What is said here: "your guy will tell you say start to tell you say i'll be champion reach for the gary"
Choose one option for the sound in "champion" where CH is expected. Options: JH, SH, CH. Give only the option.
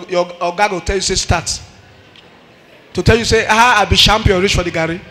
SH